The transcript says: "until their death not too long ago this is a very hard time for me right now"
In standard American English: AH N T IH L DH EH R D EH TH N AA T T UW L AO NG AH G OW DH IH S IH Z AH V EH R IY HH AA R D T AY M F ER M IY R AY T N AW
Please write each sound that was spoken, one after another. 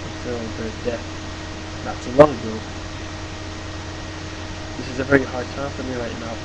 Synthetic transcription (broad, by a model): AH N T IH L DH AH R D EH TH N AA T S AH L AO NG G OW DH IH S IH Z AH V EH R IY HH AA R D T AY M F ER M IY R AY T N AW